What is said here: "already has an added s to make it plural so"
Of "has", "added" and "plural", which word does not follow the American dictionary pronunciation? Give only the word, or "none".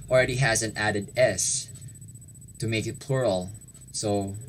none